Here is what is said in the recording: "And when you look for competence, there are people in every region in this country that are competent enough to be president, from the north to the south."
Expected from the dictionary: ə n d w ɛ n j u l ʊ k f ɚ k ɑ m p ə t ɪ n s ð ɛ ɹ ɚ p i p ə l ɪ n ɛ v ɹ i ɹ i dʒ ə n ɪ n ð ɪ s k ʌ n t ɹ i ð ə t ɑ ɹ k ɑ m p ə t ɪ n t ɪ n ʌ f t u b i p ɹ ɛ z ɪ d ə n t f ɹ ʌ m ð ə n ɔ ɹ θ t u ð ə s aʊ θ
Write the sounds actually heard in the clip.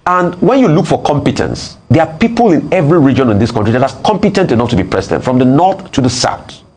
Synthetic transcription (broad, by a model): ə n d w ɛ n j u l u k f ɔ k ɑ m p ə t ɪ n s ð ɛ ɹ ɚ p i p ə l ɪ n ɛ v ɹ i ɹ i dʒ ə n ɪ n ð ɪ s k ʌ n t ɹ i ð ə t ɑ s k ɑ m p ə t ɪ n t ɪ n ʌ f t u b i p ɹ ɛ s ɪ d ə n f ɹ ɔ m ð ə n ɔ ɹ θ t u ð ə s aʊ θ